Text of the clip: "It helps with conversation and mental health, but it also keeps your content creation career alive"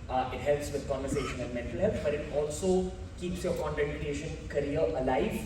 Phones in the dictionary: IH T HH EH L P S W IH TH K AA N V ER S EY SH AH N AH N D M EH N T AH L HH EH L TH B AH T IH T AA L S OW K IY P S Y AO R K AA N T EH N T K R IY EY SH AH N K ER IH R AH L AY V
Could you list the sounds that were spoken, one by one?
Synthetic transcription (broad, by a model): IH T HH EH L P S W IH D K AA N V ER S EY SH AH N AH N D M EH N T AH L HH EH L T B AH T IH T AA L S OW K IY P S Y AO R K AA N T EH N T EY SH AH N K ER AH R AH L AY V